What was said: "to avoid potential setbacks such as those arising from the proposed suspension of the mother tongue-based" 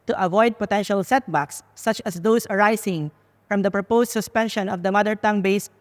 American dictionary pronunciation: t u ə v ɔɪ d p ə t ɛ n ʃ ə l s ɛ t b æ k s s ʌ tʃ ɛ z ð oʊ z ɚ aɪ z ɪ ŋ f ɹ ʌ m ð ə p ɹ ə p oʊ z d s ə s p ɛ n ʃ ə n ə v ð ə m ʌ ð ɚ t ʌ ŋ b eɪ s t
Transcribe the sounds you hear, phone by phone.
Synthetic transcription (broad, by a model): t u ə v ɔɪ d p ə t ɛ n ʃ ə l s ɛ t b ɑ k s s ʌ tʃ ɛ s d oʊ s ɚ aɪ s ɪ ŋ f ɹ ʌ m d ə p ɹ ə p oʊ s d s ə s p ɛ n ʃ ə n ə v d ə m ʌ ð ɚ t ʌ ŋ b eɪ s